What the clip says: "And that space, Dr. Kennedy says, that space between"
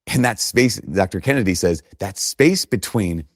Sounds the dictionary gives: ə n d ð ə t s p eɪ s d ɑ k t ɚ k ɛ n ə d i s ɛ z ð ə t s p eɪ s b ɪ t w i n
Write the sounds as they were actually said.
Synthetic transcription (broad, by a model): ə n ð ə t s p eɪ s d ɑ k t ɚ k ɛ n ə d i s ɛ z ð ə t s p eɪ s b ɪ t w i n